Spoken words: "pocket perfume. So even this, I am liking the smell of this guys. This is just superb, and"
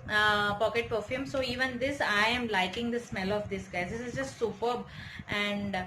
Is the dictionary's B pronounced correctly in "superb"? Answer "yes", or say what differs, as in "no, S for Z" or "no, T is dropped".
yes